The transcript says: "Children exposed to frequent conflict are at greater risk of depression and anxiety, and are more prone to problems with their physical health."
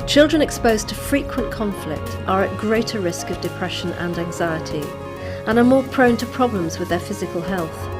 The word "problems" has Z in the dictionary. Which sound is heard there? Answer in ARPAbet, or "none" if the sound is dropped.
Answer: Z